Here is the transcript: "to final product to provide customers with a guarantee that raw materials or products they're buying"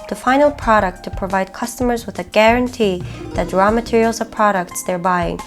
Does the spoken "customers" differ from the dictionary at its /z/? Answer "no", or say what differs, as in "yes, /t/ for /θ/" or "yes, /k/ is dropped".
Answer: no